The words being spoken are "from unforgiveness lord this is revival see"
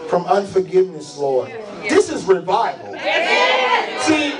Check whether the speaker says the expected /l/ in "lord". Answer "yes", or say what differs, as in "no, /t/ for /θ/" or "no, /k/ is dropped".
yes